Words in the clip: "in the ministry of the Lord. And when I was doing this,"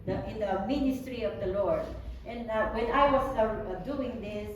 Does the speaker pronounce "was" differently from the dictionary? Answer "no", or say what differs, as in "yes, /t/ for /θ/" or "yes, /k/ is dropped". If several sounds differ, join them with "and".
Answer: yes, /s/ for /z/